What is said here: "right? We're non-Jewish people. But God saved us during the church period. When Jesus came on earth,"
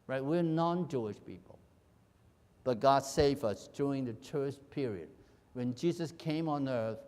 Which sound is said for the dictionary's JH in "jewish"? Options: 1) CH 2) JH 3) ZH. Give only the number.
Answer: 2